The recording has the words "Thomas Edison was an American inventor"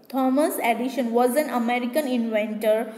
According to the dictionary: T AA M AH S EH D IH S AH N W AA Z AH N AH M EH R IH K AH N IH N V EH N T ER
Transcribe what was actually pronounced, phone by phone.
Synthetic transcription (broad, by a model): T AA M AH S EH D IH SH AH N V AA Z AH N AH M EH R IH K AH N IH N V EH N T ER